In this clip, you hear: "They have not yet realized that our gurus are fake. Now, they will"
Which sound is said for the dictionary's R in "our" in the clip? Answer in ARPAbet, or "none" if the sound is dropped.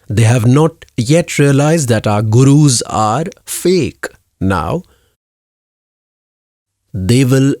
R